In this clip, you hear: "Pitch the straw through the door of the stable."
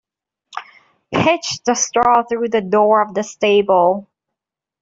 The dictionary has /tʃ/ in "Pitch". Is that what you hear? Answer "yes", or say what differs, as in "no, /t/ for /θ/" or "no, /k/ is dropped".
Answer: yes